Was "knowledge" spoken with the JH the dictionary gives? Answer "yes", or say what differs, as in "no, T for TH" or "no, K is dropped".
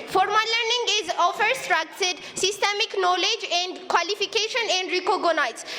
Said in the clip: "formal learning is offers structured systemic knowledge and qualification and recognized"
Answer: yes